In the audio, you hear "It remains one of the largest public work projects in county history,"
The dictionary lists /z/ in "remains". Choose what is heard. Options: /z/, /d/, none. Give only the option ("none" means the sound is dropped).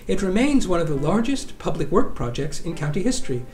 /z/